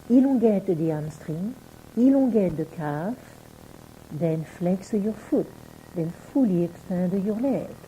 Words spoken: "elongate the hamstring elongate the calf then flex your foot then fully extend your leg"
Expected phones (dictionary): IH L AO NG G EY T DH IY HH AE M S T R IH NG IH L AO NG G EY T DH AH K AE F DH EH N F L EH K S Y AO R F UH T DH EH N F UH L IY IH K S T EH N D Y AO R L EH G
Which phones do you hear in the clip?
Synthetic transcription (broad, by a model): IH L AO G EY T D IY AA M S T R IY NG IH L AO G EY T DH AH K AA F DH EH N F L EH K S Y AO R F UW T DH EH N F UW L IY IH K S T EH D Y AO R L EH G